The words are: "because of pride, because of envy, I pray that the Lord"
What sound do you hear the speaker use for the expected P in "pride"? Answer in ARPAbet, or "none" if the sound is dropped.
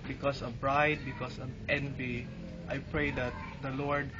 B